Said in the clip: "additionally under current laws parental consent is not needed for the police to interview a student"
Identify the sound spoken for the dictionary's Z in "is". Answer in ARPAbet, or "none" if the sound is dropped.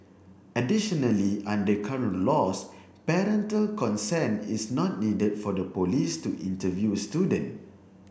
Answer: S